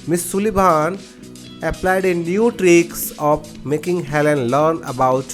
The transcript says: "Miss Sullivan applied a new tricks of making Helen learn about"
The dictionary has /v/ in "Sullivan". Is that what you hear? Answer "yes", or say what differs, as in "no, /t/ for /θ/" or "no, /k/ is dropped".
no, /b/ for /v/